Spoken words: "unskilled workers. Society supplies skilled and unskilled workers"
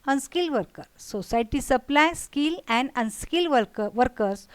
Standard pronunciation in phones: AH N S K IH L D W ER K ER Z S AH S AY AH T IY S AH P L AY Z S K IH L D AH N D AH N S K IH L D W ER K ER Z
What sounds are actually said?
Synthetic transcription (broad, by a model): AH N S K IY L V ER K ER S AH S AY T IY S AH P L AY S K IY L AH N D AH N S K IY L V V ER K ER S